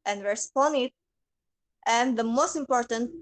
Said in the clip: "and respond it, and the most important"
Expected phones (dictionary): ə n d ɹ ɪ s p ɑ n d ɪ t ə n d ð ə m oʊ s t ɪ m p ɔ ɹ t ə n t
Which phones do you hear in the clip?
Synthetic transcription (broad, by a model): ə n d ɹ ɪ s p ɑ n ɪ t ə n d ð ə m oʊ s t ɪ m p ɔ ɹ t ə n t